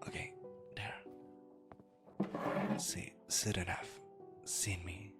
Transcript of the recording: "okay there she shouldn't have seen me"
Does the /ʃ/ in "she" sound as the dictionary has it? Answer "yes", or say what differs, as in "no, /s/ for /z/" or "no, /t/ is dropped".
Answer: no, /s/ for /ʃ/